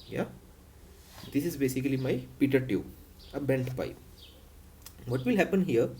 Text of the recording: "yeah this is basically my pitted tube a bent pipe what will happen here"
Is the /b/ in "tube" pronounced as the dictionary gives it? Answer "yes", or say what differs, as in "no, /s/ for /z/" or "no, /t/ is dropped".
no, /b/ is dropped